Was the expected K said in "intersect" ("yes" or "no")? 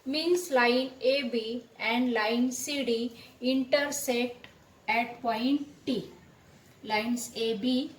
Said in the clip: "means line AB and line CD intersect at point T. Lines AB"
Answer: no